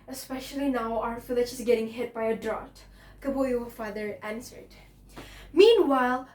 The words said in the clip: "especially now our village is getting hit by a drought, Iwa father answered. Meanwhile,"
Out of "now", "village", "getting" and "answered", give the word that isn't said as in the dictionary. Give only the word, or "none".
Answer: village